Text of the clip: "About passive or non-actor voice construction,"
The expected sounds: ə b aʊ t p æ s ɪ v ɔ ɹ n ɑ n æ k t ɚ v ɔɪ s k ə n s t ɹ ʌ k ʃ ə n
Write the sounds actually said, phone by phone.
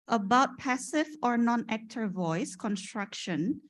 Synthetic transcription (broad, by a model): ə b aʊ t p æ s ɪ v ɔ ɹ n ɑ n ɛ k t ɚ v ɔɪ s k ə n s t ɹ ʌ k ʃ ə n